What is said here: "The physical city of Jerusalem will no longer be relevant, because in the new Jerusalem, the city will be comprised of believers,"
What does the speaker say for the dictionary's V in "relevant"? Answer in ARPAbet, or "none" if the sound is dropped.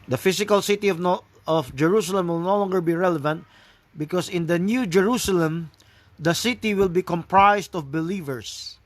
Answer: V